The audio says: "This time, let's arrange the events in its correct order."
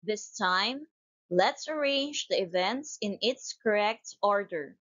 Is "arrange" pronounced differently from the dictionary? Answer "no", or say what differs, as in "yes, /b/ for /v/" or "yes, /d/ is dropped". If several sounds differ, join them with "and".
no